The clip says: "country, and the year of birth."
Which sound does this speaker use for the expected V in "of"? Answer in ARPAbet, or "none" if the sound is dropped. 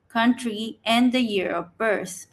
P